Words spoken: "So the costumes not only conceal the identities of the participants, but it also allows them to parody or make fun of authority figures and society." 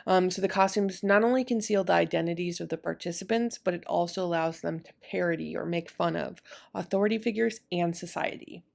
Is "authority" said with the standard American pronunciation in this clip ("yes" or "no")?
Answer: yes